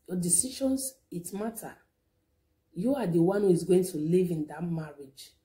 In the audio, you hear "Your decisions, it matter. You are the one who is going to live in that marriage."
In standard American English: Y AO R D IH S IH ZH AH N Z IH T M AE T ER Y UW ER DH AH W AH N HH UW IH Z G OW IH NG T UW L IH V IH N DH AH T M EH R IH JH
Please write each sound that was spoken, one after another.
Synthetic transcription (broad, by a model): Y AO D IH S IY SH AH N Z IH T M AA T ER Y UW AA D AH W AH N HH UW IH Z G OW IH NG T UW L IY V IH N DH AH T M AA R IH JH